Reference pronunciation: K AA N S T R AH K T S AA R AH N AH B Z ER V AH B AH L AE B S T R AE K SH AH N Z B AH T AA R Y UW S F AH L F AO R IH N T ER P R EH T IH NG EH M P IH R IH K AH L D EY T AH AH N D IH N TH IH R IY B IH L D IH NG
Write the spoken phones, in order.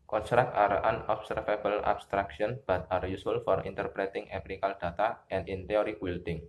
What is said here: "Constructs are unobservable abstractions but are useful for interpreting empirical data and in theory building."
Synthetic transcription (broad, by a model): K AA N S T R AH K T AA R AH N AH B S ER F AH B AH L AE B S T R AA K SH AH N B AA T AA R Y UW S AH L F AO R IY N T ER P R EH T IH NG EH P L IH K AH L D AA T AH AH N D IH N T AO R IY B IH L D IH NG